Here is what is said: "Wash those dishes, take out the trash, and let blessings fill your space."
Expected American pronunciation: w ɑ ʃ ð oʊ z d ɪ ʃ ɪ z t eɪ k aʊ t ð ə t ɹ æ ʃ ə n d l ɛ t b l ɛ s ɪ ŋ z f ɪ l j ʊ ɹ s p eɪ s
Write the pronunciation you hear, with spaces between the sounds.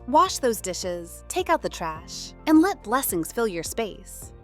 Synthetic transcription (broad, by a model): w ɑ ʃ ð oʊ z d ɪ ʃ ɪ z t eɪ k aʊ t ð ə t ɹ æ ʃ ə n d l ɛ t b l ɛ s ɪ ŋ z f ɪ l j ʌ ɹ s p eɪ s